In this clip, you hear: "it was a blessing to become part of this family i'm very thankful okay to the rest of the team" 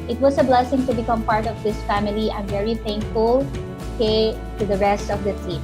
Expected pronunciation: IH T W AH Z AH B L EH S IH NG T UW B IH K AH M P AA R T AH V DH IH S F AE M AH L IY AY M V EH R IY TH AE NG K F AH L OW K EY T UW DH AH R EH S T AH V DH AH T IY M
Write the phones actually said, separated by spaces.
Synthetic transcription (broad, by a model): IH T W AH S AH B L EH S IH NG T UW B IH K AH M P AA R T AH V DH IH S F AE M AH L IY AY M V EH R IY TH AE NG K F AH L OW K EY T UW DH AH R EH S T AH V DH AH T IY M